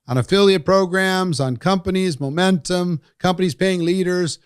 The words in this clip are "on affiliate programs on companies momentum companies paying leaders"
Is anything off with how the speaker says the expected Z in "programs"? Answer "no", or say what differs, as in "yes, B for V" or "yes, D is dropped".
no